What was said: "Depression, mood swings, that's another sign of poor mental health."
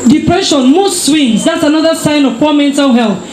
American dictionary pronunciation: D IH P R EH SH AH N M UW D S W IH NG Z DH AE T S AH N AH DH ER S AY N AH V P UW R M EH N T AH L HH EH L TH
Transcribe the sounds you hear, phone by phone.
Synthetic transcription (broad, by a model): D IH P R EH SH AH N M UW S S W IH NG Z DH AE T S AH N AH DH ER S AY N AH V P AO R M EH N T AH L HH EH L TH